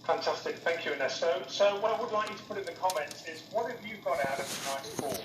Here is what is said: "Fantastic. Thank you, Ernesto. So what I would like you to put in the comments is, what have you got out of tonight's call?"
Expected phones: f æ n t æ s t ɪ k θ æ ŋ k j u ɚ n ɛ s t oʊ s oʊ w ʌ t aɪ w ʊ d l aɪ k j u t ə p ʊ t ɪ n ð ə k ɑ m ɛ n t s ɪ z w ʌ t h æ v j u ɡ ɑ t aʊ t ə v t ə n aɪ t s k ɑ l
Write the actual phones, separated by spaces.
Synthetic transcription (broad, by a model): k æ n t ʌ s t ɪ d θ æ ŋ k j u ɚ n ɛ s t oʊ s oʊ w ʌ t aɪ w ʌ d l aɪ k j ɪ t ə p ʊ t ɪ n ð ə k ɑ m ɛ n t ɪ z w ʌ t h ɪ v j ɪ ɡ ɑ t aʊ t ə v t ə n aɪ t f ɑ